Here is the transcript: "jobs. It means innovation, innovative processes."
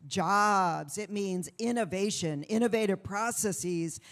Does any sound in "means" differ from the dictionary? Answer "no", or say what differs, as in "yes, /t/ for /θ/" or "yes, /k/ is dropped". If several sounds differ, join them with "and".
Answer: no